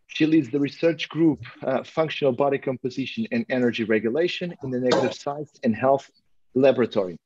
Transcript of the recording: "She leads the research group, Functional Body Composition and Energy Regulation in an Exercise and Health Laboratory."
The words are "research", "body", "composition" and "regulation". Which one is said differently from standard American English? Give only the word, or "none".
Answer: none